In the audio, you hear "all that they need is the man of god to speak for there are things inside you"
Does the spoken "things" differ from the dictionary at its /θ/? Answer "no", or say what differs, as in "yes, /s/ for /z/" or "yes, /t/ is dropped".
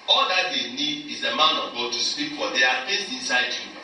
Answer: yes, /f/ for /θ/